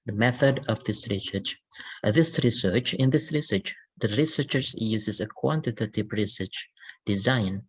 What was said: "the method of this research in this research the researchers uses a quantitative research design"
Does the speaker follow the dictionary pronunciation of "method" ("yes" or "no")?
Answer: yes